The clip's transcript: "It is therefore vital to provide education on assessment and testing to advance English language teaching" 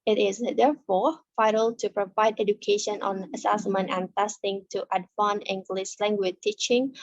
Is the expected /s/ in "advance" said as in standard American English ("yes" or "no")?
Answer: no